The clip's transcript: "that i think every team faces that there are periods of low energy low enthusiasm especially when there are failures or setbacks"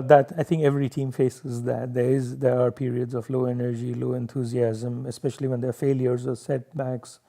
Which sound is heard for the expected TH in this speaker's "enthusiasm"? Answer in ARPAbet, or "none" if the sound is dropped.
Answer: T